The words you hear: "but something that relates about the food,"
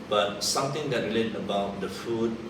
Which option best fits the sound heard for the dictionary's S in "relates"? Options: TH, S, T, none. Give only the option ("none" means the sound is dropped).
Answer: none